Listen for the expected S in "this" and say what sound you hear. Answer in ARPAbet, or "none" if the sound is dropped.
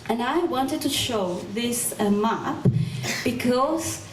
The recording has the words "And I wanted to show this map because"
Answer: S